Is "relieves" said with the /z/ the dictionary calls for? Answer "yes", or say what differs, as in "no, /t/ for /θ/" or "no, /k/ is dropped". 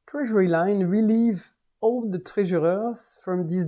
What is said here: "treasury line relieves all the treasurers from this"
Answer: no, /z/ is dropped